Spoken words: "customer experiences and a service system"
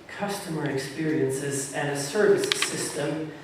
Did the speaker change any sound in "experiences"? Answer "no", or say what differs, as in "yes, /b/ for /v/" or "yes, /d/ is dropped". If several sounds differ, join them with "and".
no